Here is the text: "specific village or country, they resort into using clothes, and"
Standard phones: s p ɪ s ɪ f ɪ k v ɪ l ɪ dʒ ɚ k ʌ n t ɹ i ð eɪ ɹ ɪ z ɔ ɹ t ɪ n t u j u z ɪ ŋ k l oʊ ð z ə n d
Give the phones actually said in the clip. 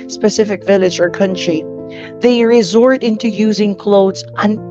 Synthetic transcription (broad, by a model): s p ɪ s ɪ f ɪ k v ɪ l ɪ dʒ ɚ k ʌ n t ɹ i ð eɪ ɹ ɪ z ɔ ɹ t ɪ n t u j u z ɪ ŋ k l oʊ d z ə n